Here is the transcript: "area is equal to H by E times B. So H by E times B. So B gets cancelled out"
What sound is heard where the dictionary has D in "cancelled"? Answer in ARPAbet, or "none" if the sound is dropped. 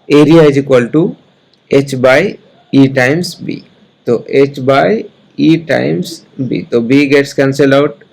none